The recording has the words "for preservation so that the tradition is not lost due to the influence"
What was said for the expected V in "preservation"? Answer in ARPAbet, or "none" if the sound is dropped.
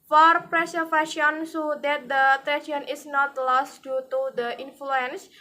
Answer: F